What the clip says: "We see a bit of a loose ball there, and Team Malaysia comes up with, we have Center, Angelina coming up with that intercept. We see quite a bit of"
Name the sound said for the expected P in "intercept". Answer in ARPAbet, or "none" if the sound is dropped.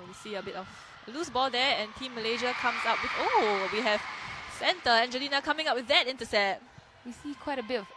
none